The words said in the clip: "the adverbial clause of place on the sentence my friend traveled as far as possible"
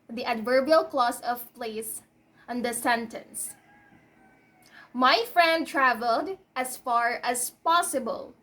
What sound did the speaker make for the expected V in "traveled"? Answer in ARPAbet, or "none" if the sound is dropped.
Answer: V